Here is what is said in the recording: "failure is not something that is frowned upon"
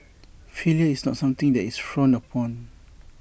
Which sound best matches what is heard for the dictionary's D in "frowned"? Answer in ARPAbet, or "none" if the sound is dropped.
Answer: none